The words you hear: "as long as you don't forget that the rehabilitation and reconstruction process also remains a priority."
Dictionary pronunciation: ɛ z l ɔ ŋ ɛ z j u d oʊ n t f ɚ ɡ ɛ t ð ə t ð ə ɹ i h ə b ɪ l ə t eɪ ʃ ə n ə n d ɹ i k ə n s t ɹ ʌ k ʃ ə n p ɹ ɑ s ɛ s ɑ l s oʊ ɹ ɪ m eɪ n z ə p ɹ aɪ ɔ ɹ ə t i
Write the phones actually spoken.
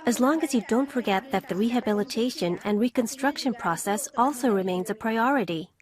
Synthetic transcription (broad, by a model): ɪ z l ɔ ŋ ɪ z j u d oʊ n t f ɚ ɡ ɛ t ð ə t ð ə ɹ i h ə b ɪ l ə t eɪ ʃ ə n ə n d ɹ i k ə n s t ɹ ʌ k ʃ ə n p ɹ ɑ s ɛ s ɑ l s oʊ ɹ ɪ m eɪ n z ə p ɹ aɪ ɔ ɹ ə t i